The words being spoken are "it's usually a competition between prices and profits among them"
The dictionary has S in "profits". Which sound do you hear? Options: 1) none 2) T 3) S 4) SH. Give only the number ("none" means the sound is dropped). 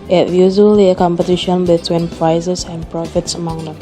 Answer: 3